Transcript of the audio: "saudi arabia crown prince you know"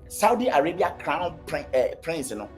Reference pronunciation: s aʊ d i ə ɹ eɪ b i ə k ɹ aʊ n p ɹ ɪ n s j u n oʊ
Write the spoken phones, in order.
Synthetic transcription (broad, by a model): s aʊ d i ə ɹ eɪ b i ə k ɹ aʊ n p ɹ ɪ n s n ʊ